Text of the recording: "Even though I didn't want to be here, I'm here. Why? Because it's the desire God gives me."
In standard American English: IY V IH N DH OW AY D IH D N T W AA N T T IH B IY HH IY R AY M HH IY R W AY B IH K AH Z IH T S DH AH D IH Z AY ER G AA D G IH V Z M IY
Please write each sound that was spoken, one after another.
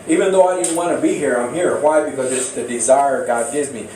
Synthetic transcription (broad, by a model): IY V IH N DH OW AY D IH D N T W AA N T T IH B IY HH IY R AY M HH IY R W AY B IH K AH Z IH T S DH AH D IH Z AY ER G AA D G IH V Z M IY